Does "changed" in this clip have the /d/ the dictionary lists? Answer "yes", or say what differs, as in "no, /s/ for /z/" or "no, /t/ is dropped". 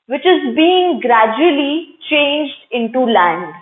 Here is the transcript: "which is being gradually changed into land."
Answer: yes